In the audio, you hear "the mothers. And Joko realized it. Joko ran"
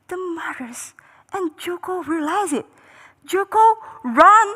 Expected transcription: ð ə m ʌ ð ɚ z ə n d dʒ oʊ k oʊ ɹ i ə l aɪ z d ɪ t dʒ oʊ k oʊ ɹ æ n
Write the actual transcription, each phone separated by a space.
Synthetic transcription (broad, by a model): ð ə m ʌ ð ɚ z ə n dʒ oʊ k oʊ ɹ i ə l aɪ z ɪ t dʒ oʊ k oʊ ɹ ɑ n